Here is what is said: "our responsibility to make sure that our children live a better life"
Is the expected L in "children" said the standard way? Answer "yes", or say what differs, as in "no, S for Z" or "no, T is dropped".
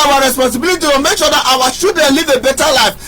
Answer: no, L is dropped